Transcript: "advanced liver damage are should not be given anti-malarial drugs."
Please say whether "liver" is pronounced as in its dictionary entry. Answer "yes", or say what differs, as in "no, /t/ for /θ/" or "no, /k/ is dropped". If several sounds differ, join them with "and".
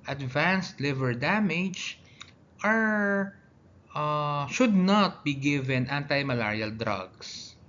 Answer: yes